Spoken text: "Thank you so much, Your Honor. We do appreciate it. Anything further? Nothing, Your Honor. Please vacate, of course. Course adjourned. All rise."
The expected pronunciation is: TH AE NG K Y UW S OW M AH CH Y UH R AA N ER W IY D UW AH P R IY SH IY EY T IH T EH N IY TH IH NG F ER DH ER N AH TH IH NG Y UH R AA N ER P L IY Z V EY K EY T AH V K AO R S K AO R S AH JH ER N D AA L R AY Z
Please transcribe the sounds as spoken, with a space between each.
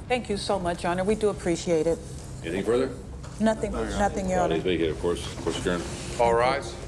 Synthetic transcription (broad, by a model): TH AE NG K Y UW S OW M AH CH AA N ER W IY D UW AH P R IY SH IY EY T IH T EH N IY TH IH NG F ER DH ER N AH TH IH NG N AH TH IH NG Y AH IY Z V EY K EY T AH V K AO R S K AO R S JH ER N AA L R AY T